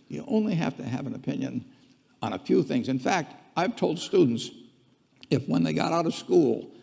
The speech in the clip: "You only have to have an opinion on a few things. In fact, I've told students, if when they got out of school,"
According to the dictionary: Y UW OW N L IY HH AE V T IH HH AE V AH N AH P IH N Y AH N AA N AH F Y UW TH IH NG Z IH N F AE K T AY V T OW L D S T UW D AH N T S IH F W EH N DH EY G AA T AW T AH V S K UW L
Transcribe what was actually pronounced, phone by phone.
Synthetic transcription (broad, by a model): Y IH OW N L IY HH AE F T IH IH V AH N AH P IH N Y AH N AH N AH F Y UW TH IH NG Z IH N F AE K T AY V T OW L D S T UW D N T S IH F W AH N DH EY G AA T AW T AH V S K UW L